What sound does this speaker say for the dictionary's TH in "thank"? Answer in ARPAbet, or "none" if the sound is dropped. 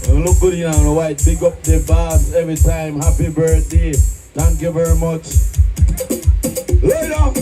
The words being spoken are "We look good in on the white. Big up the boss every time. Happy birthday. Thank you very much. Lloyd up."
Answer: T